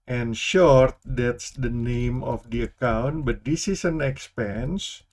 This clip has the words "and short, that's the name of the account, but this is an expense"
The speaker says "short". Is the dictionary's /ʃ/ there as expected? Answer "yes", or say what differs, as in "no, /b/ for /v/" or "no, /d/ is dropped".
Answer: yes